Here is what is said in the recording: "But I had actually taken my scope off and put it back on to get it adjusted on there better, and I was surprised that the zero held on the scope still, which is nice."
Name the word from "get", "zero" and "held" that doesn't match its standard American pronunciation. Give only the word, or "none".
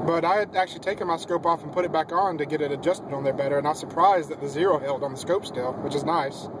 none